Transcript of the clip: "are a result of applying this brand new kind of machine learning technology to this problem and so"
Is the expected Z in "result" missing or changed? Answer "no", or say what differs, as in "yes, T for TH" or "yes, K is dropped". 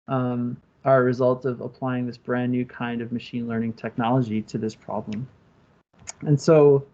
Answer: no